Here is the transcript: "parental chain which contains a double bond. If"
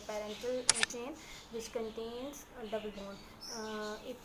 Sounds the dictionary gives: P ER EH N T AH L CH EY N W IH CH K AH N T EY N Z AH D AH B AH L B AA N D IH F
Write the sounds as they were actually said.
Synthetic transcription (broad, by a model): P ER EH N T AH L CH EY N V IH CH K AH N T EY N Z D AH B AH L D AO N IH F